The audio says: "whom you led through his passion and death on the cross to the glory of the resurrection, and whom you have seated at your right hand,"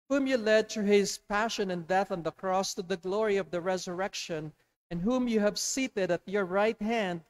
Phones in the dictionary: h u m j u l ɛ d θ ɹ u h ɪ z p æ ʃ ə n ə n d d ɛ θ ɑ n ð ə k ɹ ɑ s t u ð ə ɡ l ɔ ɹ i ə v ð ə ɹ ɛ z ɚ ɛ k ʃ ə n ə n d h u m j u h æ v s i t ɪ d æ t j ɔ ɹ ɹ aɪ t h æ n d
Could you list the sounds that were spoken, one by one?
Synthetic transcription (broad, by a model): h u m j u l ɛ d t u h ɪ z p æ ʃ ə n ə n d d ɛ θ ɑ n ð ə k ɹ ɑ s t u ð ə ɡ l ɔ ɹ i ə v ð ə ɹ ɛ z ɚ ɛ k ʃ ə n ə n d h u m j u h æ v s i t ɪ d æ t j ɔ ɹ ɹ aɪ t h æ n d